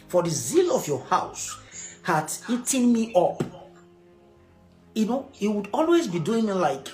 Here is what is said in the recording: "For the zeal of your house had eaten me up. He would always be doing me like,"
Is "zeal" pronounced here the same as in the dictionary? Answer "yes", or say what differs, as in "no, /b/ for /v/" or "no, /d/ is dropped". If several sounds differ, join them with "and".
yes